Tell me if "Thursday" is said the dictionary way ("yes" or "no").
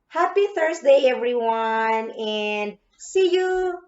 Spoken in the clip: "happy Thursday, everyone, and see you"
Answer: no